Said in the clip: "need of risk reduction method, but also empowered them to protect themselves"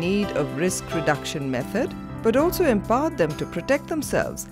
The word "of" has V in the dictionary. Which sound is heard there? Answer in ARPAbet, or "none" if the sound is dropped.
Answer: V